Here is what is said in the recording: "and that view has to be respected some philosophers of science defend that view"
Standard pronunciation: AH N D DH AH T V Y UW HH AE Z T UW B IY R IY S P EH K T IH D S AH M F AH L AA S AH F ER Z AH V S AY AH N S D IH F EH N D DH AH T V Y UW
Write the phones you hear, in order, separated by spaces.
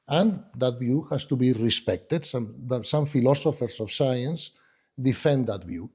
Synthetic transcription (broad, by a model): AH N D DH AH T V Y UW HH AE S T UW B IY R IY S P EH K T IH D S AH M F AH L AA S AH F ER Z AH F S AY AH N S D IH F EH N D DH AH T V Y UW